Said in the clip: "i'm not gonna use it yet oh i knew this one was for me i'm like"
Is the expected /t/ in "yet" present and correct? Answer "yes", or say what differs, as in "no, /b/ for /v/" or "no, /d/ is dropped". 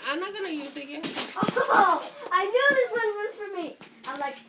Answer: no, /t/ is dropped